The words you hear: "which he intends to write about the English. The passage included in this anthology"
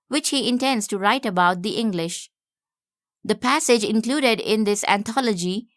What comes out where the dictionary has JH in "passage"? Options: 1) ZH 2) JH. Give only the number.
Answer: 2